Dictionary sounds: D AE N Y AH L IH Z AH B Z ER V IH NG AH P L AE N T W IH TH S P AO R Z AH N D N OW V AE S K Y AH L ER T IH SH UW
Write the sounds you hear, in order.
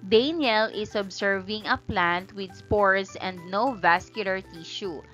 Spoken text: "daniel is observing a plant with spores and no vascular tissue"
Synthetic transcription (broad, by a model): D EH N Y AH L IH S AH B S ER V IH NG AH P L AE N T W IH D S P AO R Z AH N D N OW V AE S K Y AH L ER T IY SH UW